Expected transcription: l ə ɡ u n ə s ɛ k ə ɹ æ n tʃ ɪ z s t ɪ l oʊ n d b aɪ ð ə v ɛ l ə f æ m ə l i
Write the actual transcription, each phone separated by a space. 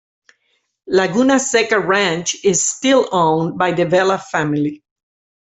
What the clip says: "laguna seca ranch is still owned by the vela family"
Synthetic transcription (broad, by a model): l ə ɡ u n ə s ɛ k ə ɹ æ n tʃ ɪ z s t ɪ l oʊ n b aɪ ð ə v ɛ l ə f æ m ə l i